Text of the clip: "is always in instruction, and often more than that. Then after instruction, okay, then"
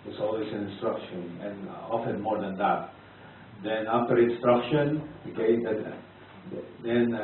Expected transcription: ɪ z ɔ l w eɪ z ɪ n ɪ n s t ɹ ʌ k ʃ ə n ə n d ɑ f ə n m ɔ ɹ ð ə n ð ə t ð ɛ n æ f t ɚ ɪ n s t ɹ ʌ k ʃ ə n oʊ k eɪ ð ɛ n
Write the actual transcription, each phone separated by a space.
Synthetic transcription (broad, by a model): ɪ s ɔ l w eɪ s ɪ n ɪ n s t ɹ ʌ k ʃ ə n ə n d ɑ f ə n m ɔ ɹ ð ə n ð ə t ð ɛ n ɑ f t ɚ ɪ n s t ɹ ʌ k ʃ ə n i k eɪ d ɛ n